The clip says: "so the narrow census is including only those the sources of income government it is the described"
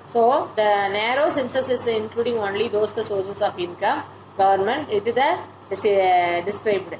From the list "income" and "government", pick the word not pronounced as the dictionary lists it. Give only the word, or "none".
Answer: none